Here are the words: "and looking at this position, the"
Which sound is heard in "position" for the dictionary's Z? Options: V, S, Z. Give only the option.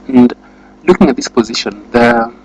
Z